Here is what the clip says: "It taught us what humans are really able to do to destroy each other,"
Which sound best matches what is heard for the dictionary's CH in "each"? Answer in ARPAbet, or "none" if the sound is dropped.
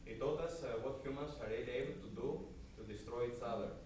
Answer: S